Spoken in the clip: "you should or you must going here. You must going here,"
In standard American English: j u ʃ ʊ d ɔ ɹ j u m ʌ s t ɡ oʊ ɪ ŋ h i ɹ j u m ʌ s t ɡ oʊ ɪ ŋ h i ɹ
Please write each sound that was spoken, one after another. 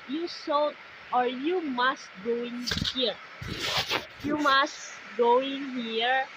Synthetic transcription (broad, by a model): j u s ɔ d ɔ ɹ j u m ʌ s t ɡ oʊ ɪ ŋ h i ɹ j u m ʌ s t ɡ oʊ ɪ ŋ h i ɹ